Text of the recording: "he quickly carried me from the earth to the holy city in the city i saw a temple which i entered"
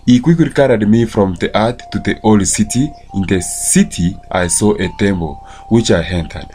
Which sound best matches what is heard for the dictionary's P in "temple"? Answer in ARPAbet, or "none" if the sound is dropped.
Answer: B